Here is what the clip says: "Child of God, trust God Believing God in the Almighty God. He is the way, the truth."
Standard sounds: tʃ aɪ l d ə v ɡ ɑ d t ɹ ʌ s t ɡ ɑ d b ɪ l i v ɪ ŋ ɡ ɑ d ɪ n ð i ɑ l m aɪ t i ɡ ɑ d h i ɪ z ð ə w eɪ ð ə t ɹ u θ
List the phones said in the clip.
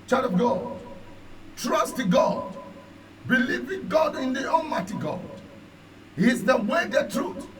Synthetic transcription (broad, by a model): tʃ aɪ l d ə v ɡ ɑ d t ɹ ʌ s t ɡ ɑ d b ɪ l i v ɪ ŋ ɡ ɑ d ɪ n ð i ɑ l m aɪ t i ɡ ɑ d h i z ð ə w eɪ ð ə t ɹ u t